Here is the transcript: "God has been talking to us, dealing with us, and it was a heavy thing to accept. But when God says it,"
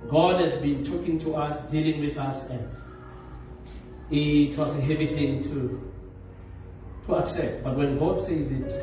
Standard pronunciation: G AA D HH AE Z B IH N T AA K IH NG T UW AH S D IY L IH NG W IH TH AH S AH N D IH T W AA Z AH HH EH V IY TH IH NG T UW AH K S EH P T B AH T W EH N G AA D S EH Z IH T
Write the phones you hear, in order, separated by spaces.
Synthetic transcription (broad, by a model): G AA D HH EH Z B IH N T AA K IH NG T UW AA S D IY L IH NG W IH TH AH S AH N D IH T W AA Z AH HH EH V IY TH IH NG T UW AH K S EH P T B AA T W EH N G AA D S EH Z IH T